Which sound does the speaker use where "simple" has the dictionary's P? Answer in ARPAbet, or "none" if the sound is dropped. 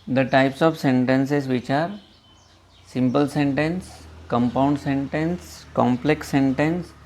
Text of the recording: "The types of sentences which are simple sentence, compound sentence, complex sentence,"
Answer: P